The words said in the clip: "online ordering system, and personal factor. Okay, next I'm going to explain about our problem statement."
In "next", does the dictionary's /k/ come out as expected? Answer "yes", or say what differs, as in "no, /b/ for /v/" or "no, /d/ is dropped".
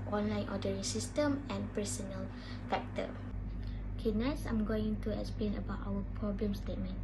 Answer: no, /k/ is dropped